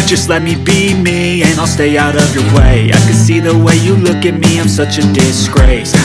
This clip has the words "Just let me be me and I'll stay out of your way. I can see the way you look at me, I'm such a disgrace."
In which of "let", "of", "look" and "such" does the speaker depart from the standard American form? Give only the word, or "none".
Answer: none